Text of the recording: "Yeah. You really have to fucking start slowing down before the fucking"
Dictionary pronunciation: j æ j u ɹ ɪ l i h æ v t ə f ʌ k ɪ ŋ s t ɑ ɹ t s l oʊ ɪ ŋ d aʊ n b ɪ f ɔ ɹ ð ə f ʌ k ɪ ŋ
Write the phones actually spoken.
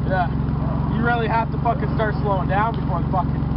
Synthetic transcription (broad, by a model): j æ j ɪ ɹ ɪ l i h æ f t ə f ʌ k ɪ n s t ɑ ɹ t s l oʊ ɪ ŋ d aʊ n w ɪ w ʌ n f ʌ k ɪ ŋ